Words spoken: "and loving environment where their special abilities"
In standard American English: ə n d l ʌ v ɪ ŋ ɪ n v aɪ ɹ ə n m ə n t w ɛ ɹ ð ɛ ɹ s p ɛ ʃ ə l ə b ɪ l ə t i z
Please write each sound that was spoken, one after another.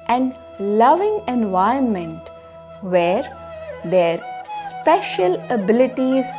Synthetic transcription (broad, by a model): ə n d l ʌ v ɪ ŋ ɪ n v aɪ ə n m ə n t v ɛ ɹ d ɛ ɹ s p ɛ ʃ ə l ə b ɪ l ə t i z